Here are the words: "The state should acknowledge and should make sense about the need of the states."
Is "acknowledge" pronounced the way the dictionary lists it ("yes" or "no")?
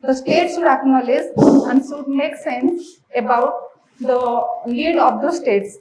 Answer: no